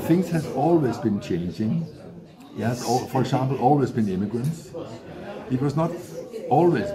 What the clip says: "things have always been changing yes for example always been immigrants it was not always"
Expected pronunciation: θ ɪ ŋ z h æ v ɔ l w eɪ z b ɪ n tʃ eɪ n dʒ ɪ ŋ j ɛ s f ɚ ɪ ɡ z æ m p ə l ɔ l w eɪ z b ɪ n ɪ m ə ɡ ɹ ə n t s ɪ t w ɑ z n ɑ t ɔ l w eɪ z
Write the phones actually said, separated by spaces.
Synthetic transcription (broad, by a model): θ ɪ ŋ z h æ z ɔ l w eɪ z b ɪ n tʃ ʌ n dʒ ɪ ŋ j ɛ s f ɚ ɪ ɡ s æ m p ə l ɔ l w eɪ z b ɪ n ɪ m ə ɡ ɹ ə n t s ɪ t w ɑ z n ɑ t ɔ l w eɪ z